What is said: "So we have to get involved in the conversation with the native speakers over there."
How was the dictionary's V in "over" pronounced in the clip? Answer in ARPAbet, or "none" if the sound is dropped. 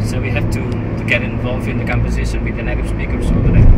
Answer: none